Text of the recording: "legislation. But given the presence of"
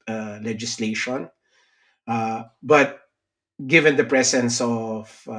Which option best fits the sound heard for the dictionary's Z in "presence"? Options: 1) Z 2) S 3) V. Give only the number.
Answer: 2